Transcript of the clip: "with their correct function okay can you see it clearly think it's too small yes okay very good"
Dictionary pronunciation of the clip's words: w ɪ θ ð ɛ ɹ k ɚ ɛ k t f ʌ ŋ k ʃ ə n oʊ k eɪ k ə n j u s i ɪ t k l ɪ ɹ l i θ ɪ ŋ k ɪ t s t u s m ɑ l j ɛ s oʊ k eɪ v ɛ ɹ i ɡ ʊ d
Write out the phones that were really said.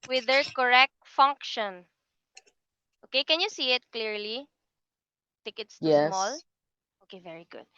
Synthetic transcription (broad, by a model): w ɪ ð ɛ ɹ k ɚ ɛ k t f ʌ ŋ k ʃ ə n oʊ k eɪ k ə n j u s i ɪ t k l ɪ ɹ l i t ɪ k ɪ t s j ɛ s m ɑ l oʊ k eɪ v ɛ ɹ i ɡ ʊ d